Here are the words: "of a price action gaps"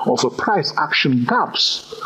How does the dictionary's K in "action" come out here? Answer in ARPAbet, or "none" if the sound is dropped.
K